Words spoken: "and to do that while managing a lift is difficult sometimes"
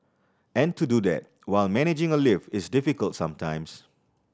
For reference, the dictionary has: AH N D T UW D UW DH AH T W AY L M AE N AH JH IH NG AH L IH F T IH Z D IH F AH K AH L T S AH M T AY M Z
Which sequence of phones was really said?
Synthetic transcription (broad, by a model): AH N T UW D UW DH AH T W AY L M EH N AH JH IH NG AH L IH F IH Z D IH F AH K AH L T S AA M T AY M S